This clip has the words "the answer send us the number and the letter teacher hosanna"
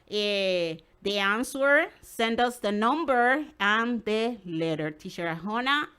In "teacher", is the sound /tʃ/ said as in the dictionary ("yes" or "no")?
no